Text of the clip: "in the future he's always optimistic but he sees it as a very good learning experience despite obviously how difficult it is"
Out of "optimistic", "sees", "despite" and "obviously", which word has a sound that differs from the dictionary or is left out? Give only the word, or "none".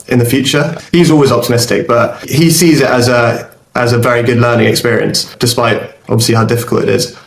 obviously